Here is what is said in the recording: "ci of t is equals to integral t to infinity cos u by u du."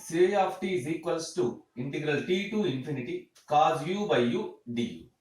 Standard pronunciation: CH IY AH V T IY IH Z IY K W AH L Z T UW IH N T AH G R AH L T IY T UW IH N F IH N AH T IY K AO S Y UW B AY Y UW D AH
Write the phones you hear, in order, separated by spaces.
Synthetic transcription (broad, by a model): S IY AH P T IY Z IY K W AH L S T UW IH N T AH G R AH L T IY T UW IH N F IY N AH T IY K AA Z Y UW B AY Y UW D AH